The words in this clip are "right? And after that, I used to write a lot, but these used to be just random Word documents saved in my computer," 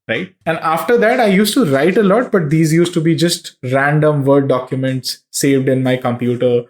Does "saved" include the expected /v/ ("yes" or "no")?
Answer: yes